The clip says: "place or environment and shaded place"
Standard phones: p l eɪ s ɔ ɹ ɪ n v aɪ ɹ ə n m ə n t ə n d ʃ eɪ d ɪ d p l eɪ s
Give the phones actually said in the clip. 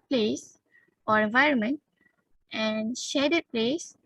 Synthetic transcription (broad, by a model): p l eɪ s ɔ ɹ ɪ n v aɪ ɹ ə n m ə n t ə n d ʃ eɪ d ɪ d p l eɪ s